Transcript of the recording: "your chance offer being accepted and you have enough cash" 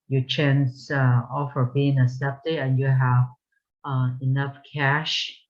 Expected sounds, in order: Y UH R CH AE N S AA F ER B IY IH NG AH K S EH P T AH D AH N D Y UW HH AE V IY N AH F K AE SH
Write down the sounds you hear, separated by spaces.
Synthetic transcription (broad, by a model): Y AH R CH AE N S AA F ER B IY IH NG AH S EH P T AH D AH N Y UW HH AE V IY N AH F K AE SH